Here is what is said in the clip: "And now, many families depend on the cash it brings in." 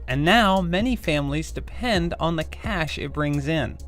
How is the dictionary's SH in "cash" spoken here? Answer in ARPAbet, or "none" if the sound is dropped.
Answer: SH